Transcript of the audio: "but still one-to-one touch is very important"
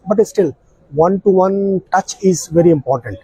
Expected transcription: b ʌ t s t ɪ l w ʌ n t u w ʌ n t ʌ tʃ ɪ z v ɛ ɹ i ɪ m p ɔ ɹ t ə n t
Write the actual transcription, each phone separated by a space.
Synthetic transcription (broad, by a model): b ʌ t s t ɪ l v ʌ n t u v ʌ n t ʌ tʃ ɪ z v ɛ ɹ i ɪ m p ɔ ɹ t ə n t